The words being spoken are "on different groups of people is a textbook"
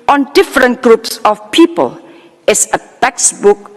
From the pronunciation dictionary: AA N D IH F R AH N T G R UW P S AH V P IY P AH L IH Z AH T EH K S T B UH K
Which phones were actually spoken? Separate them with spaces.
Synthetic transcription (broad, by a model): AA N D IH F R AH N T G R UW P S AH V P IY P AH L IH S AH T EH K S B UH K